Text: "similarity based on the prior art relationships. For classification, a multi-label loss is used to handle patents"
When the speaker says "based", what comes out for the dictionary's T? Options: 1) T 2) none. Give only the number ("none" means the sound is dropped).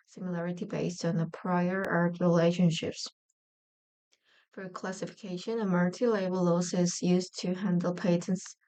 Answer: 1